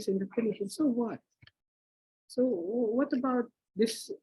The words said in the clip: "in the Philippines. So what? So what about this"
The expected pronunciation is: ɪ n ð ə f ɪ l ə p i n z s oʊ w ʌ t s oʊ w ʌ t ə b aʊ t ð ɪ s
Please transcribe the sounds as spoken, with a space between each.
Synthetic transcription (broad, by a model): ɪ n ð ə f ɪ n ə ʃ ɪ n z s oʊ w ʌ t s oʊ w ʌ t ə b aʊ t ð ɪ s